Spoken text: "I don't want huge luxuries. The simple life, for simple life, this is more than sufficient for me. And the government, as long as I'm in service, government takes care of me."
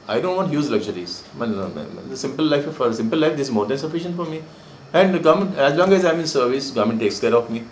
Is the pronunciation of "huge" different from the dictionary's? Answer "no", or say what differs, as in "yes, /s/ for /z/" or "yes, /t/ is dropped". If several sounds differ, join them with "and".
yes, /z/ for /dʒ/